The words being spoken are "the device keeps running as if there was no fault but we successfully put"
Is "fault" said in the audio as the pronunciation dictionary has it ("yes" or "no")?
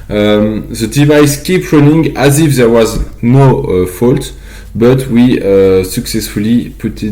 yes